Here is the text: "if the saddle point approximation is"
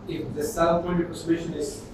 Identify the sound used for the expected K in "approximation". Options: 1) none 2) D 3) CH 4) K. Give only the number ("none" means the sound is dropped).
1